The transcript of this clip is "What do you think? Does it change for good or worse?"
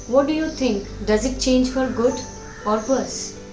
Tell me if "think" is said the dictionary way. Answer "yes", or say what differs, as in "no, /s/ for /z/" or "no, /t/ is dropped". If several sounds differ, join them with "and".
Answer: no, /t/ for /θ/